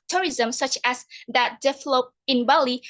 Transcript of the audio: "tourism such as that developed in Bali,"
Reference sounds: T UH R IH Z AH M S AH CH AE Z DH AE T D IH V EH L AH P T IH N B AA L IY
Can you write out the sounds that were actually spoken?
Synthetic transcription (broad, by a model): T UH R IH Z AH M S AH CH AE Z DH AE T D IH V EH L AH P IH N B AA L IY